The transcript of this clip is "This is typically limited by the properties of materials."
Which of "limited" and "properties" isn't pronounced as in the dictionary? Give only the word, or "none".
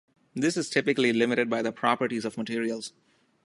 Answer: none